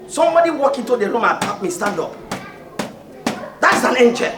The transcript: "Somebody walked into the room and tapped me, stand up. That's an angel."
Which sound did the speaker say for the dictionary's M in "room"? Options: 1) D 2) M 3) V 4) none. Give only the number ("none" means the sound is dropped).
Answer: 2